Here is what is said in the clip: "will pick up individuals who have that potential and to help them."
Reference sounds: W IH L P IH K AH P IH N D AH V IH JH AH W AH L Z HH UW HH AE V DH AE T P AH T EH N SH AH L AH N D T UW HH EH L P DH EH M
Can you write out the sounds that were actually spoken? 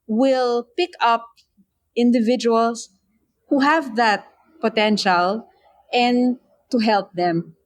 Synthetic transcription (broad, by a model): W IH L P IH K AH P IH N D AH V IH JH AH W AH L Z HH UW HH AE V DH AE T P AH T EH N SH AH L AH N T UW HH EH L P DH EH M